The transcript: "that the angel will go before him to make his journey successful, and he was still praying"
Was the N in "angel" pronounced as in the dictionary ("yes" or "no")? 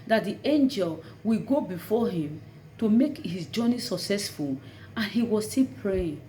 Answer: yes